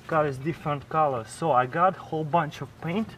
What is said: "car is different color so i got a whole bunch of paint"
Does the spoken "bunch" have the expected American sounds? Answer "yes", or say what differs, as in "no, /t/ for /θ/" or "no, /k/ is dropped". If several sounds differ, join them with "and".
yes